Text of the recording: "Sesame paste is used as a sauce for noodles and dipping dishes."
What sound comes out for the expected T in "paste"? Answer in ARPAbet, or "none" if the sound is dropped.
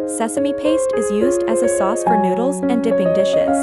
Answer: T